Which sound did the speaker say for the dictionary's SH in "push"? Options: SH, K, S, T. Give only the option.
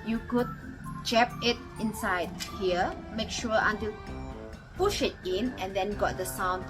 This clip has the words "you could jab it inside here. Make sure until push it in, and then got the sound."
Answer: SH